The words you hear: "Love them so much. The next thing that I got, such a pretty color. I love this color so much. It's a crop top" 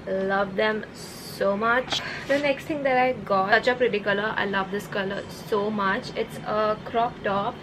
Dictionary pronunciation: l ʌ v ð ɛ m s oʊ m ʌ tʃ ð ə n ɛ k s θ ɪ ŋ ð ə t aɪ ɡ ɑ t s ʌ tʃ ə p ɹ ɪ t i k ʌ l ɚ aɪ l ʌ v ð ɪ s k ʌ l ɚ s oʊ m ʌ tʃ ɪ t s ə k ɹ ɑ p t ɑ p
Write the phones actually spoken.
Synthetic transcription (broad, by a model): l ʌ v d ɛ m s oʊ m ʌ tʃ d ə n ɛ k s t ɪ ŋ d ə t aɪ ɡ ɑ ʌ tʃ ə p ɹ ɪ t i k ʌ l ɚ aɪ l ʌ v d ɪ s k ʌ l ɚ s oʊ m ʌ tʃ ɪ t s ə k ɹ ɑ p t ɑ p